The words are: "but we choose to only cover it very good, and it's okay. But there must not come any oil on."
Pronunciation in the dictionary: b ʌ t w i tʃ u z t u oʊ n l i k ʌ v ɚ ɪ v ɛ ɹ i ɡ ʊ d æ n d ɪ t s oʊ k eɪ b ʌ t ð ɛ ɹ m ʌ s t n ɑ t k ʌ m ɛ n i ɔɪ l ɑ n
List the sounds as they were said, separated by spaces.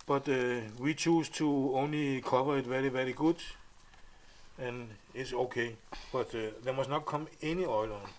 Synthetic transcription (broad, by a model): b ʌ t w i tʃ u s t u oʊ n l i k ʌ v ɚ ɪ v ɛ ɹ i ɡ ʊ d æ n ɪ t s oʊ k eɪ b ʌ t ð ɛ m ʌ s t n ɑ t k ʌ m ɛ n i ɔɪ l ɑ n